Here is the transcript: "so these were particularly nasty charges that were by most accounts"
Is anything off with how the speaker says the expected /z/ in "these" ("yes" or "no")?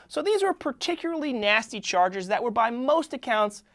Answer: no